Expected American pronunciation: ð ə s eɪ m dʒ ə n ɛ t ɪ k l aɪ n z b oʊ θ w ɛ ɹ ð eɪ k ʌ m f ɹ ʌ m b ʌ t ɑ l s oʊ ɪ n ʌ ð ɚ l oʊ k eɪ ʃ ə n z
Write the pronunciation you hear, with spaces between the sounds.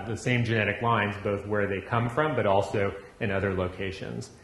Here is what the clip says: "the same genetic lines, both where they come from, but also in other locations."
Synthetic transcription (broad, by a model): ð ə s eɪ m dʒ ə n ɛ t ɪ k l aɪ n z b oʊ θ w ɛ ɹ ð eɪ k ʌ m f ɹ ʌ m b ʌ t ɑ l s oʊ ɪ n ʌ ð ɚ l oʊ k eɪ ʃ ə n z